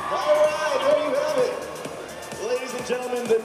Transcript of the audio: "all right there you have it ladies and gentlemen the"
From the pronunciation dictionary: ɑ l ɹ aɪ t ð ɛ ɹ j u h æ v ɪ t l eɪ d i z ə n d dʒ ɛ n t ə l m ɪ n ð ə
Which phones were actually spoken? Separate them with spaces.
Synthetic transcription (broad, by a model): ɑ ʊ ɹ aɪ t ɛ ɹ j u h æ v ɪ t l eɪ d i z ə n dʒ ɛ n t l m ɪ n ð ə